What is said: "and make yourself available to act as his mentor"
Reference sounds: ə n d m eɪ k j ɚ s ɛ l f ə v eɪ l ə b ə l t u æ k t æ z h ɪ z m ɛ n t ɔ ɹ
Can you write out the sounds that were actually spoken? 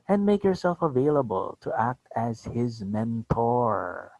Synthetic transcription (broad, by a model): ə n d m eɪ k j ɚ s ɛ l f ə v eɪ l ə b ə l t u æ k t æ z h ɪ z m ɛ n t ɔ ɹ